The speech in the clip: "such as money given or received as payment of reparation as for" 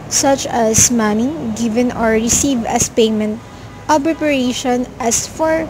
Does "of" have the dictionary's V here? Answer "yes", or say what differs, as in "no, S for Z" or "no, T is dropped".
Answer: no, B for V